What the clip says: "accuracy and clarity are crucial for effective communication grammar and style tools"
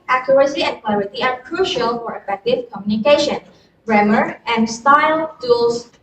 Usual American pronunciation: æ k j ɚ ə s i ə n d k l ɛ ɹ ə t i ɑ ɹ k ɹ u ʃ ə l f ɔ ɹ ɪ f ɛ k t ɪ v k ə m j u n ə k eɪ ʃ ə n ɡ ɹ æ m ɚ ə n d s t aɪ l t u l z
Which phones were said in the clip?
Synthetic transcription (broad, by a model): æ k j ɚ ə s i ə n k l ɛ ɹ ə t i ɑ ɹ k ɹ u ʃ ə l f ɔ ɹ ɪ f ɛ k t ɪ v k ə m j u n ə k eɪ ʃ ə n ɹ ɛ m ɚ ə n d s t aɪ l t u l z